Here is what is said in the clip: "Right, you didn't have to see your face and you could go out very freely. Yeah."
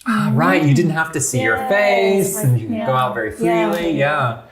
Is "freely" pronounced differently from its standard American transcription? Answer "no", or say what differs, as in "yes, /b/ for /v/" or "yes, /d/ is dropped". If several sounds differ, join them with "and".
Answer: yes, /l/ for /ɹ/